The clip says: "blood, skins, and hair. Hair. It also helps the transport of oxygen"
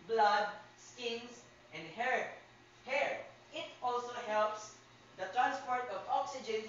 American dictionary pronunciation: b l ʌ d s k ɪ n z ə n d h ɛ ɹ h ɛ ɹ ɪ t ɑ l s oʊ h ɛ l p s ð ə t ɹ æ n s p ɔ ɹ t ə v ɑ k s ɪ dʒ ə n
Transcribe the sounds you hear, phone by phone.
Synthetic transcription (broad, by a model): b l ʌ d s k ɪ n s ə n d h ɛ ɹ h ɛ ɹ ɪ t ɑ l s oʊ h ɛ l p s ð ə t ɹ æ n s p ɔ ɹ t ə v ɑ k s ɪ dʒ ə n